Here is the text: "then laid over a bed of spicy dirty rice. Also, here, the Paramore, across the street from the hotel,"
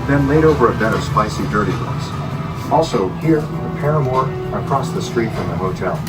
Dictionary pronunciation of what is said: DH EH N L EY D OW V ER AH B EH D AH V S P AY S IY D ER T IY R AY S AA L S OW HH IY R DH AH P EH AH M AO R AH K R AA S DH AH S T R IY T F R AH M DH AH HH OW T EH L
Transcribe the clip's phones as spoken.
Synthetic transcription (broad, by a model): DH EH N L EY D OW V ER AH B EH D AH V S P AY S IY D ER T IY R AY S AA L S OW HH IY R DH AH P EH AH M AO R AH K R AA S DH AH S T R IY T F R AH M DH AH HH OW T EH L